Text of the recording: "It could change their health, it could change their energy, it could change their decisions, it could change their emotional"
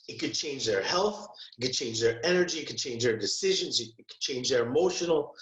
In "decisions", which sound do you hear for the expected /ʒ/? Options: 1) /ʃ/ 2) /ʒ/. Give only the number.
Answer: 2